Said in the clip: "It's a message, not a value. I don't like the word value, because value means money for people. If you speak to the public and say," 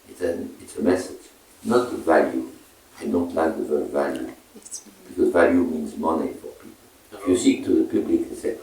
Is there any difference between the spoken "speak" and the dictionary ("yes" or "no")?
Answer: yes